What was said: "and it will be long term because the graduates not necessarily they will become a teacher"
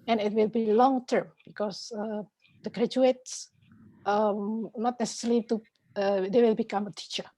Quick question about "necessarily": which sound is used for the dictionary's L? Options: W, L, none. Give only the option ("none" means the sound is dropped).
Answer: none